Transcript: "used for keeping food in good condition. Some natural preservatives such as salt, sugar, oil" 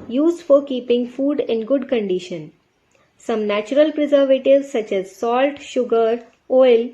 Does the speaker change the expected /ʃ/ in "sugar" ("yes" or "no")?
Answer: no